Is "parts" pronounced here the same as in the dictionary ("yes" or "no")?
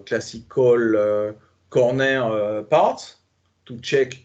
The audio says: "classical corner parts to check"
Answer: no